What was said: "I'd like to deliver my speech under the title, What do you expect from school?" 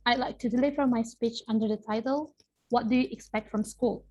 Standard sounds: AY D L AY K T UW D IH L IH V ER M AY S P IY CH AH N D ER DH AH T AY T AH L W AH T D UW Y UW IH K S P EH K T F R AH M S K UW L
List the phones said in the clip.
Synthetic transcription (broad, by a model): AY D L AY K T UW D IH L IH V ER M AY S P IY CH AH N D ER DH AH T AY T AH L W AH T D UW Y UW IH K S P EH K T F R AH M S K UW L